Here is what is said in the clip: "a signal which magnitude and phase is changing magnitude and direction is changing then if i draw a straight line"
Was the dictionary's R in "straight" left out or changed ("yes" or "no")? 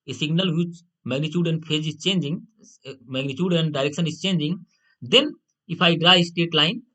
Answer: yes